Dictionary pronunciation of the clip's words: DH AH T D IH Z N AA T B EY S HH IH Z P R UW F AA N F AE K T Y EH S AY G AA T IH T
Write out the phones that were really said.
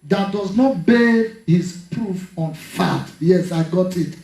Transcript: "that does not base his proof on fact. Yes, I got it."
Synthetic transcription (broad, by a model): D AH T D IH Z N AA T B EY HH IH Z P R UW F AA N F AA T Y EH S AY G AA T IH T